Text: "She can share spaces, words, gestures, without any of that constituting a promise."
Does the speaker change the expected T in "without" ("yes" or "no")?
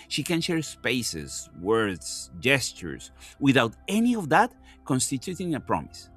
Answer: no